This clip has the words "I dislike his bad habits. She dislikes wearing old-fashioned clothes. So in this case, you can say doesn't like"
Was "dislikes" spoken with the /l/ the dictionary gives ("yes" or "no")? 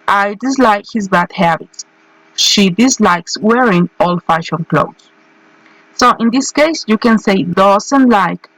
yes